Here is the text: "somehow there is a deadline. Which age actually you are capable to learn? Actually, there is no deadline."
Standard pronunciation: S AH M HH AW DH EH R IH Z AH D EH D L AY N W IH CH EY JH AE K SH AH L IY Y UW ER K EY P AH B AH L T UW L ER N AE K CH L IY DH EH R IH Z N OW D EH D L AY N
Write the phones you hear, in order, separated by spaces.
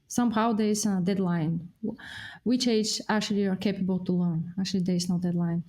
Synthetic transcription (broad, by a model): S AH M HH AW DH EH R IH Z AH D EH D L AY N W IH CH EY JH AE K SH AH L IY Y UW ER K EY P AH B AH L T UW L ER N AE K CH L IY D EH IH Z N OW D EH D L AY N